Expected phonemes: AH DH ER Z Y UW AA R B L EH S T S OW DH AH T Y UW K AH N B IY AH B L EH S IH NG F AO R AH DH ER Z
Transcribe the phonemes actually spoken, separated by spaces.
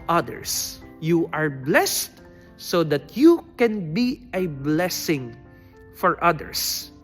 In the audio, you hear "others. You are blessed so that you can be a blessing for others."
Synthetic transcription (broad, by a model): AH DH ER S Y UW AA R B L EH S T S OW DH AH T Y UW K AH N B IY AH B L EH S IH NG F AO R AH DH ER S